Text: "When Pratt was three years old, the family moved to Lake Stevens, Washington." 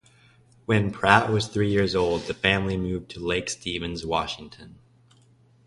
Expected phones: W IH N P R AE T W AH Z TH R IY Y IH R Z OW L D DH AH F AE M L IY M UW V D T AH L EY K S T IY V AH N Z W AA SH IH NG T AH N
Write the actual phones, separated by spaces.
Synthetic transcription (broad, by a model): W IH N P R AE T W AH Z TH R IY Y IH R Z OW L D DH AH F AE M L IY M UW V T AH L EY K S T IY V AH N Z W AA SH IH NG T AH N